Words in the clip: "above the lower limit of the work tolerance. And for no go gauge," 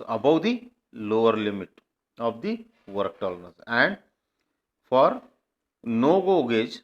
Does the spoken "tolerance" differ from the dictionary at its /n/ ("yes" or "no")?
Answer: yes